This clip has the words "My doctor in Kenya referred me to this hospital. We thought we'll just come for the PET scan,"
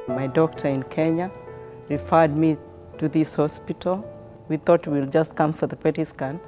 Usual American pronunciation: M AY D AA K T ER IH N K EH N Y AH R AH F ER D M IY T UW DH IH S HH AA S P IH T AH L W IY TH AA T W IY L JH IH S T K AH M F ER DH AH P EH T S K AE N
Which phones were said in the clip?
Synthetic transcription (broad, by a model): M AY D AA K T ER IH N K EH N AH R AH F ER D M IY T UW DH IH S HH AA S P IH T AH L W IY TH AA T W IY L JH IH S T K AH M F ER DH AH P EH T S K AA N